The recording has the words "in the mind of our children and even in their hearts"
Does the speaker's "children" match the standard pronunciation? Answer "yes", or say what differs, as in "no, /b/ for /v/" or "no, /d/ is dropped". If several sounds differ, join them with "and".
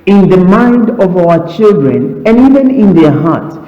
yes